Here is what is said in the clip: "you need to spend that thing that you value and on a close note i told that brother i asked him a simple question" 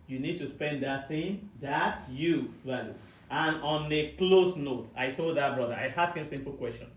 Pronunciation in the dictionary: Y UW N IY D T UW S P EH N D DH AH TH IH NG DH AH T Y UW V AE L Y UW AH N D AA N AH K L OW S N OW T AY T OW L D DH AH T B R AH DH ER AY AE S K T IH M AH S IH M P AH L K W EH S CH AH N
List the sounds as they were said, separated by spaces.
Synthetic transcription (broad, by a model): Y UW N IY D T UW S P EH N D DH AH T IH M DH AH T Y UW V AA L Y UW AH N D AA N AH K L OW S N OW T AY T OW L D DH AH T B R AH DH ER AY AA S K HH IH M S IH M P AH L K W EH S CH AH N